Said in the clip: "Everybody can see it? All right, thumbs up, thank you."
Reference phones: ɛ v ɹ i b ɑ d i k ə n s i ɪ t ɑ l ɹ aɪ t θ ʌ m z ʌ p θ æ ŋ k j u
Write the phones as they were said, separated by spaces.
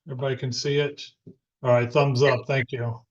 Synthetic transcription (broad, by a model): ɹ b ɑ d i k ə n s i ɪ t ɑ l ɹ aɪ t θ ʌ m z ʌ p θ æ ŋ k j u